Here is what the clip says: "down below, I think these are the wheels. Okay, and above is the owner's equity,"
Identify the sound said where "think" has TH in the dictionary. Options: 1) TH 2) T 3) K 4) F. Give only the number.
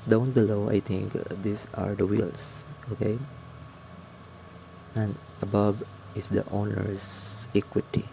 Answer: 2